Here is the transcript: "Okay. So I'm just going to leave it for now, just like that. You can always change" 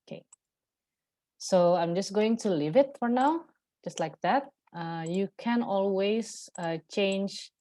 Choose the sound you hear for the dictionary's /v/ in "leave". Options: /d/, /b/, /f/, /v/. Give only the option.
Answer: /v/